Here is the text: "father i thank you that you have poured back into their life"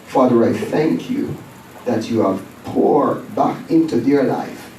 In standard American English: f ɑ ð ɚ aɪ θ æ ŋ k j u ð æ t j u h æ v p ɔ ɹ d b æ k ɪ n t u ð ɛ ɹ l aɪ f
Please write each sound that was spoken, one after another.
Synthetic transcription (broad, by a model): f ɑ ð ɚ aɪ θ æ ŋ k j u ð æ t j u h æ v p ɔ ɹ b æ k ɪ n t u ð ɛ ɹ l aɪ f